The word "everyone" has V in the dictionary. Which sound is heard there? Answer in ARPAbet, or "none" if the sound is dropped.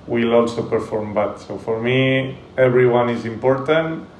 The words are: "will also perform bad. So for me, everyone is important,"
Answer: B